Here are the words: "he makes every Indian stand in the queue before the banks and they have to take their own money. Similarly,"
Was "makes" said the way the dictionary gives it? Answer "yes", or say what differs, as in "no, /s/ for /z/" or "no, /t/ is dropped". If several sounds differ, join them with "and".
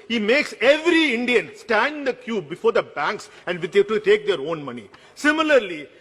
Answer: yes